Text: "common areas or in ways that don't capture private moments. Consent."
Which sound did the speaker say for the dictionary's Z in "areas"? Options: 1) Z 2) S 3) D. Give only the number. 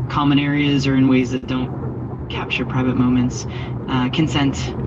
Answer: 1